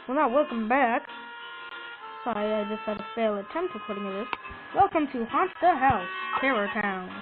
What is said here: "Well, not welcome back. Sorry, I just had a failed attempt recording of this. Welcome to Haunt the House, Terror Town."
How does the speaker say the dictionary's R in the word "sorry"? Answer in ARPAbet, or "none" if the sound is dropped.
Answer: none